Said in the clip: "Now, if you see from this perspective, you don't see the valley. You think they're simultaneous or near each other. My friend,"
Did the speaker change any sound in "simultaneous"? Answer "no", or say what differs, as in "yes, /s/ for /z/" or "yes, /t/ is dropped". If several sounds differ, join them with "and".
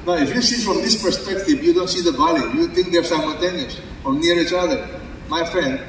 yes, /n/ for /l/